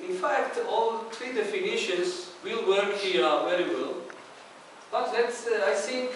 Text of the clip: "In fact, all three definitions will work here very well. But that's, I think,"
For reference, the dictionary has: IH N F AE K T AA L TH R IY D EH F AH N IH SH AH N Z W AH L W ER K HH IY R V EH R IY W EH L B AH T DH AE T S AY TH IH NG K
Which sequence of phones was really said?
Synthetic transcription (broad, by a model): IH N F AE K T AA L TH R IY D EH F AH N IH SH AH N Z W AH L W ER K HH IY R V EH R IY W EH L B AH T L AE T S AY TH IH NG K